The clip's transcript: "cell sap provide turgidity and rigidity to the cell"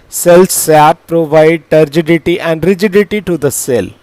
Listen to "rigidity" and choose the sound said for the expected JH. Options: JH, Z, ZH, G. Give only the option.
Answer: JH